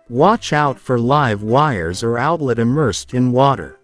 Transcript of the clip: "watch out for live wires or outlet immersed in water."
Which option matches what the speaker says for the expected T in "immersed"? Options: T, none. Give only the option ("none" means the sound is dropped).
T